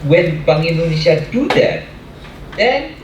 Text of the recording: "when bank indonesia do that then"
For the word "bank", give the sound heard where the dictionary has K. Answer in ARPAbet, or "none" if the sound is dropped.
none